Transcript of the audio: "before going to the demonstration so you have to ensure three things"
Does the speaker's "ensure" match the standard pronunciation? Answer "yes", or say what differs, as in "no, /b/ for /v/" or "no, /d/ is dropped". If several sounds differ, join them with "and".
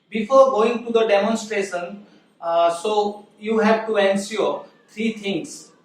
no, /s/ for /ʃ/